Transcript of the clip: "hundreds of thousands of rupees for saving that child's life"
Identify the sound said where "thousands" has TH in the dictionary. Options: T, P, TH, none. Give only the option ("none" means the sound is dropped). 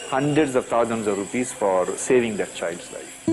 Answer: T